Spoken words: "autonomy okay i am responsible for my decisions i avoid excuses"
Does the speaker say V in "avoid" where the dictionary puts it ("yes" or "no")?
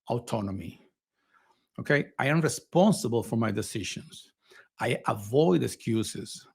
yes